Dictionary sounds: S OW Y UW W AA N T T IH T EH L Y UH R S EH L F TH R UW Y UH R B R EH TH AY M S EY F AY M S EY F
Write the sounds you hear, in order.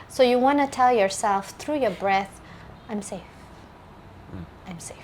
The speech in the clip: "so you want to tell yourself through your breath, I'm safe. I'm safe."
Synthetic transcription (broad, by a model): S OW Y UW W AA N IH T EH L Y UH R S EH L F TH R UW Y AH R B R EH TH AY M S EY F AY M S EY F